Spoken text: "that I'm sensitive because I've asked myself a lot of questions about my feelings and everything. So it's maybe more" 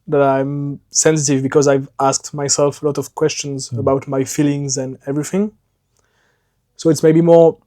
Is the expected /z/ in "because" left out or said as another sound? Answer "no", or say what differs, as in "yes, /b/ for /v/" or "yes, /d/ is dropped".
no